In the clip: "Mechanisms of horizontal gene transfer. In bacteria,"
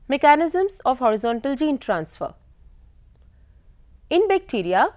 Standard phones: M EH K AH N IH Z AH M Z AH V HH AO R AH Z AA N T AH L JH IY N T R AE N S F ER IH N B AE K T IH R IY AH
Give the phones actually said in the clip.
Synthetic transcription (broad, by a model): M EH K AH N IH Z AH M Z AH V HH AO R AH Z AA N T AH L JH IY N T R AE N S F ER IH N B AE K T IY R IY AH